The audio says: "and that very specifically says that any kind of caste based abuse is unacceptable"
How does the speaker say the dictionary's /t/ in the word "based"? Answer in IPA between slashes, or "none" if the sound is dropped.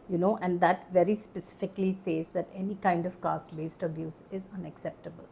/t/